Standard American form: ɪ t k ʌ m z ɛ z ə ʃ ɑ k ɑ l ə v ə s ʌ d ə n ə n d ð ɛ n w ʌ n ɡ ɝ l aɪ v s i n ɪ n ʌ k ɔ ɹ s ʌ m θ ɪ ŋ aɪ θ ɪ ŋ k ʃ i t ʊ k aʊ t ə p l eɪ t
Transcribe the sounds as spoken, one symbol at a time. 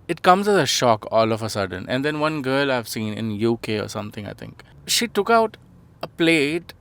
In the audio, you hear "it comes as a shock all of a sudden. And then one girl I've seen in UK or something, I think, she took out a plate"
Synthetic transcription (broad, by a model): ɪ t k ʌ m z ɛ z ə ʃ ɑ k ɑ l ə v ə s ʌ d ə n ə n d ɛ n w ʌ n ɡ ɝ l aɪ v s i n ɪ n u k ɔ ɹ s ʌ m t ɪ ŋ aɪ t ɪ ŋ k ʃ i t ʊ k aʊ t ə p l eɪ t